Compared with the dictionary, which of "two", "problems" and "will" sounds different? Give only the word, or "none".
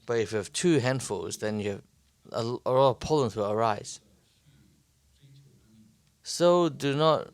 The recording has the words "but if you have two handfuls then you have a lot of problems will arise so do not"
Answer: problems